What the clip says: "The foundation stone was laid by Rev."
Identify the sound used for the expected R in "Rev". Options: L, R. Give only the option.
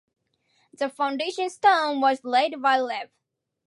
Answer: L